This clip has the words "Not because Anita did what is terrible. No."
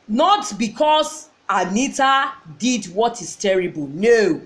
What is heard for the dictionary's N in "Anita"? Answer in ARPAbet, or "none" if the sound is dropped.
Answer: N